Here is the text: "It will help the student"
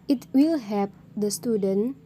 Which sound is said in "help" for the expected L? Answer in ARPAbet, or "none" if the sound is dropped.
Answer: none